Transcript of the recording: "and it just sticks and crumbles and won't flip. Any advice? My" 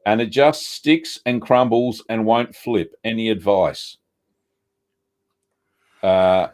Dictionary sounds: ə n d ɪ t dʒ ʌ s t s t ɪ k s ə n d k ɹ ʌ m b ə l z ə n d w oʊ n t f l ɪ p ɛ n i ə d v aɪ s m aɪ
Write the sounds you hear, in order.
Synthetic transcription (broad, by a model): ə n ɪ t dʒ ʌ s t s t ɪ k s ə n k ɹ ʌ m b l z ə n w oʊ n t f l ɪ p ɛ n i ə d v aɪ s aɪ